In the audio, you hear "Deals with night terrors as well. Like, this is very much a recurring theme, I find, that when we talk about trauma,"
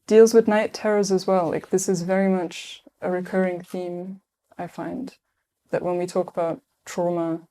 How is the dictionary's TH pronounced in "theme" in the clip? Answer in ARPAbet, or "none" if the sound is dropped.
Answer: TH